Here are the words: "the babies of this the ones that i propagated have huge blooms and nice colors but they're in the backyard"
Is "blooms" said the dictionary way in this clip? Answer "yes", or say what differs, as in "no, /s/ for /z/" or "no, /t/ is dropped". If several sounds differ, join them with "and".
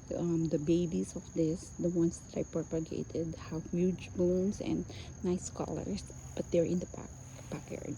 no, /l/ is dropped and /s/ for /z/